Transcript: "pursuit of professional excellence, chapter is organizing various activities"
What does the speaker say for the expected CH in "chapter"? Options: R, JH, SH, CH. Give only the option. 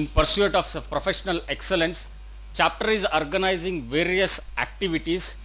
CH